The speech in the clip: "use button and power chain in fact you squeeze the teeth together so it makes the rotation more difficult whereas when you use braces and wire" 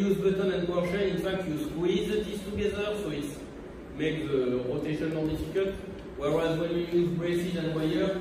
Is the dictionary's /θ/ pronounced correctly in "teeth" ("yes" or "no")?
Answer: no